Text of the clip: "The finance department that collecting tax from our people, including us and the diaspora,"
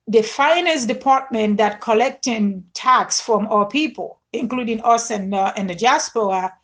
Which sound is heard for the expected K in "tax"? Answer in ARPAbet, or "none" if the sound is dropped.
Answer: K